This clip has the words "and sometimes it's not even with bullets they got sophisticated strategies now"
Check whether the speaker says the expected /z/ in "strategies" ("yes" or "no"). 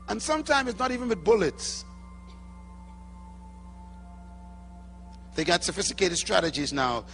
yes